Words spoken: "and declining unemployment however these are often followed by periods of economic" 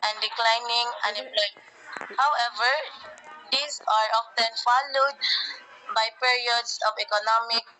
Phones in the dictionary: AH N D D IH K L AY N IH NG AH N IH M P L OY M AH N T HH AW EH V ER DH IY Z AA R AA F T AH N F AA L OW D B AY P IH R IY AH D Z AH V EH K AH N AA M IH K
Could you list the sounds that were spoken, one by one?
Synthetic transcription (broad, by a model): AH N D D IH K L AY N IH NG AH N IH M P L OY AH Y HH AW EH V ER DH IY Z AA R AA F T AH N F AA L OW D B AY P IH R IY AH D S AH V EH K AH N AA M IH K